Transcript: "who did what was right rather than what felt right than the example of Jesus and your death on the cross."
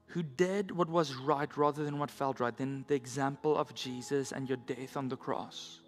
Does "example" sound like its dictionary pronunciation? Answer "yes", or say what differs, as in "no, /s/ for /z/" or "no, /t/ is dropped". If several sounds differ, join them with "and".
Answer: yes